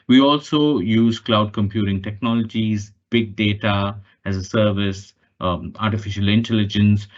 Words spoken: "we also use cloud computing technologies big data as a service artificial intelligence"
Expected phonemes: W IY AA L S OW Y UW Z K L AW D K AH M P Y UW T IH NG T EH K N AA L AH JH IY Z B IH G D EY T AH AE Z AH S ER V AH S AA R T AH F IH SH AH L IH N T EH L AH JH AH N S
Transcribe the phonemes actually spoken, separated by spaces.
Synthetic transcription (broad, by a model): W IY AA L S OW Y UW Z K L AW D K AH M P Y UW T IH NG T EH K N AA L AH JH IY Z B IH G D EY T AH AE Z AH S ER V AH S AA R T AH F IH SH AH L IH N T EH L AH JH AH N S